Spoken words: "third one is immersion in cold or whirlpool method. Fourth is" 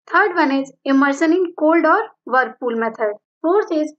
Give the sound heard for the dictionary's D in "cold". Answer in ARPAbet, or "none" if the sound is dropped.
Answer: D